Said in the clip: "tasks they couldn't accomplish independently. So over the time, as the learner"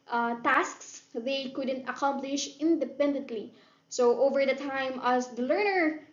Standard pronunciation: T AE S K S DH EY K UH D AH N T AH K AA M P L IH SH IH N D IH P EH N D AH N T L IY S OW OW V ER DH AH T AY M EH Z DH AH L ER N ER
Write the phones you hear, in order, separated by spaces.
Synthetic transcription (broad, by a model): T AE S K S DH EY K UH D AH N T AH K AA M P L IH SH IH N D IH P EH N D AH N T L IY S OW OW V ER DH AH T AY M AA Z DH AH L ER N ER